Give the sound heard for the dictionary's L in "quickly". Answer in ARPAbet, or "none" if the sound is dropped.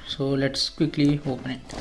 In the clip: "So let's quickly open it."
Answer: L